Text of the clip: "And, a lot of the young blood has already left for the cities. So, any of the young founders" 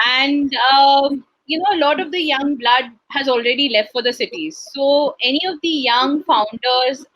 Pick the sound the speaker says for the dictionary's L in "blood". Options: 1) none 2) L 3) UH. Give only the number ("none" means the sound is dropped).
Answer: 2